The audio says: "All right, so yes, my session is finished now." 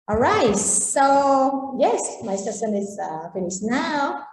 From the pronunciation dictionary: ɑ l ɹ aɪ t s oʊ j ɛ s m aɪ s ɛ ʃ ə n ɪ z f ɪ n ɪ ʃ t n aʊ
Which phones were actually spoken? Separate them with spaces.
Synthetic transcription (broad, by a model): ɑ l ɹ aɪ t s oʊ j ɛ s m aɪ s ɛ s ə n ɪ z f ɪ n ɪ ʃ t n aʊ